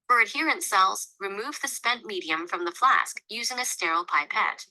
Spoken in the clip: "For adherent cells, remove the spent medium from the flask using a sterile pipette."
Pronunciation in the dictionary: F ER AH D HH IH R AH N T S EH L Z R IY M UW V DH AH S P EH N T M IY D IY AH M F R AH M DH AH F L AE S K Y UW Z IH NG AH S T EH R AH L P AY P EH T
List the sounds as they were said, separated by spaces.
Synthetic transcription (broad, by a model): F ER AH D HH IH R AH N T S EH L Z R IY M UW V DH AH S P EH N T M IY D IY AH M F R AH M DH AH F L AE S K Y UW Z IH NG AH S T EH R L P AY P EH T